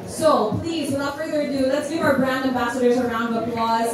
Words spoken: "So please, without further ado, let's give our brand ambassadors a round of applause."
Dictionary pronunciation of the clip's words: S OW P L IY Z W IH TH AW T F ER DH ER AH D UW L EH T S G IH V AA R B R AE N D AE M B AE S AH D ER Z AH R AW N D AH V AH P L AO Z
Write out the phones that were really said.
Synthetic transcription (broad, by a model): S OW P L IY Z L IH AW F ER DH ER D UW L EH T S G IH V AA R B R AE N D AE M B AE S AH D ER Z AH R AW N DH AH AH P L AO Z